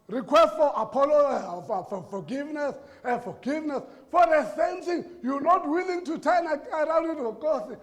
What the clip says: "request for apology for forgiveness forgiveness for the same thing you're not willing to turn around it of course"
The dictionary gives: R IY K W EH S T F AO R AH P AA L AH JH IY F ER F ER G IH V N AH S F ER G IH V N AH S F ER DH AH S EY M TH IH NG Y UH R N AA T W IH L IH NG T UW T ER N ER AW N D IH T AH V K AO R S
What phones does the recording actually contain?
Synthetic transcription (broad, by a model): R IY K W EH S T F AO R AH P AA L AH IY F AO F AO G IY V N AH S F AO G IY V N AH S F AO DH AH S EY M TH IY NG Y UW N AA T W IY L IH NG T UW T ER N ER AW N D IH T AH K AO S